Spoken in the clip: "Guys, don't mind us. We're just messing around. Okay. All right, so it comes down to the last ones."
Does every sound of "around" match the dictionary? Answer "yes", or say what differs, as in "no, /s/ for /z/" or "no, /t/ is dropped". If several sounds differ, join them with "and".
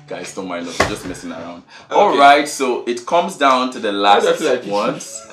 yes